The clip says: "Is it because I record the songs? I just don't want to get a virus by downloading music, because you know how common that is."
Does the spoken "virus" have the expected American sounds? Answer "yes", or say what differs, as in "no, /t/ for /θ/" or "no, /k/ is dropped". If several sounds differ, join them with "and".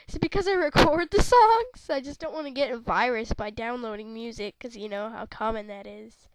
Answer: yes